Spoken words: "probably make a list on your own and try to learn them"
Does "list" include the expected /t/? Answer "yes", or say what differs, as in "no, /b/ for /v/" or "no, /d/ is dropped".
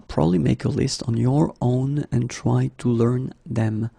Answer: yes